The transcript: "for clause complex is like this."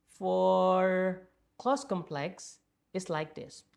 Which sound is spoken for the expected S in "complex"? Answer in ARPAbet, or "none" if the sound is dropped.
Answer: S